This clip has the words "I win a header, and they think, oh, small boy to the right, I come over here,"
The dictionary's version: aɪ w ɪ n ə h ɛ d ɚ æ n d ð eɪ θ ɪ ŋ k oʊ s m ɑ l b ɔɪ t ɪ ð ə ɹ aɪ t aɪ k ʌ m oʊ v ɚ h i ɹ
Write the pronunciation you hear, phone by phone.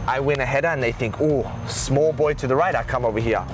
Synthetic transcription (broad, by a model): aɪ w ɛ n ə h ɛ d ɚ n ð eɪ θ ɪ ŋ k oʊ s m ɑ l b ɔɪ t ɪ ð ə ɹ aɪ t aɪ k ʌ m oʊ v ɚ h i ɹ